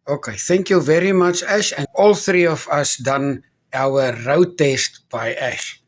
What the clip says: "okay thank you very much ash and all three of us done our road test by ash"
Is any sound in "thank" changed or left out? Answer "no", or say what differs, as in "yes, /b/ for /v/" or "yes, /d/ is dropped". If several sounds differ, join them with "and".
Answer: no